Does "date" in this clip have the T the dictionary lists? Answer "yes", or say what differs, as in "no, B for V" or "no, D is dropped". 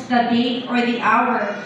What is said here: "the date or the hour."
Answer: no, T is dropped